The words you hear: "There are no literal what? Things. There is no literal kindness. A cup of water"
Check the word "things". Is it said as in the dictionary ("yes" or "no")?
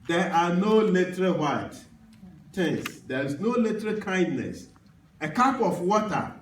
no